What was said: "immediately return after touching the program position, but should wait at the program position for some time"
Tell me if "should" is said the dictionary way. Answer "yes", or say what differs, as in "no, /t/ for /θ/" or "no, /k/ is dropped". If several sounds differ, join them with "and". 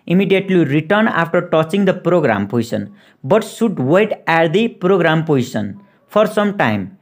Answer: no, /s/ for /ʃ/